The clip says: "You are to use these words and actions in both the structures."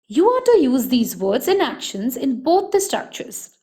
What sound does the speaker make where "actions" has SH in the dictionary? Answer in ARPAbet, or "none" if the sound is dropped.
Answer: SH